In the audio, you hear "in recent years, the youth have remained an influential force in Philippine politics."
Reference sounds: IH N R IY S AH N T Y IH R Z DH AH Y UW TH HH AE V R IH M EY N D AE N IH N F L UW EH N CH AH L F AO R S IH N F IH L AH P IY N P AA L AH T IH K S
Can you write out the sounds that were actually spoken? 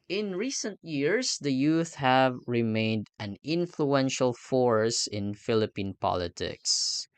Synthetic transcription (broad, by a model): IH N R IY S AH N T Y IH R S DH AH Y UW TH HH AE V R IH M EY N D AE N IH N F L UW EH N SH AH L F AO R S IH N F IH L AH P IY N P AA L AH T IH K S